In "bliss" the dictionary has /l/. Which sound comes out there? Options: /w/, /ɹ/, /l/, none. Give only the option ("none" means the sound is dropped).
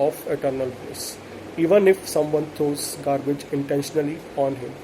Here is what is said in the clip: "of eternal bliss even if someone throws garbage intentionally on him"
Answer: none